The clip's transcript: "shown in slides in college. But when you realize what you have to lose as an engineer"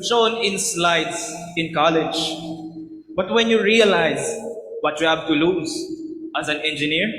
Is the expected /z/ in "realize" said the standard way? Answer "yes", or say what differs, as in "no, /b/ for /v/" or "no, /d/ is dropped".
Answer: yes